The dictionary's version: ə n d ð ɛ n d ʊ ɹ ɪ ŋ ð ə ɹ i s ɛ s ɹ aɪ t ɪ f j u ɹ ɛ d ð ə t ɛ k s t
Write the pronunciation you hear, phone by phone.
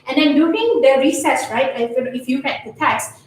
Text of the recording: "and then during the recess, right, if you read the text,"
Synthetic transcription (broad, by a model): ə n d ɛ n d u ɪ ŋ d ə ɹ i s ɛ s ɹ aɪ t ɪ f j u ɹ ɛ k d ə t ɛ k s